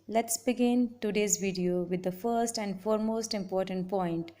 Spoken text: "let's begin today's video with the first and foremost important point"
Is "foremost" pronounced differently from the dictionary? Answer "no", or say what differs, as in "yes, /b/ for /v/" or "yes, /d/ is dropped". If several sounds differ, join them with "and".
no